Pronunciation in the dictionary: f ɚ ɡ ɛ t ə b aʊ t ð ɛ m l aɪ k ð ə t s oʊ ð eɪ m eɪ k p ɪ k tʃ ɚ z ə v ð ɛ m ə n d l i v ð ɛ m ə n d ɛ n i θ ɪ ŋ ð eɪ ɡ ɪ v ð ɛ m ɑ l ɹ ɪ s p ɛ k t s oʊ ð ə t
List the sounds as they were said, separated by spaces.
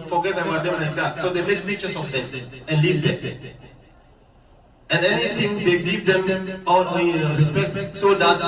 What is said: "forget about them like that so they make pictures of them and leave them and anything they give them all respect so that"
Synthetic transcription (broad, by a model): f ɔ ɡ ɛ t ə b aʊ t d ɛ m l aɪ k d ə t s oʊ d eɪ m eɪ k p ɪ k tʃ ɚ s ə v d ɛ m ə n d l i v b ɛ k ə n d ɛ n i t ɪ ŋ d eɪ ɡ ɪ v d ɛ m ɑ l ɹ ɪ s p ɛ k t s oʊ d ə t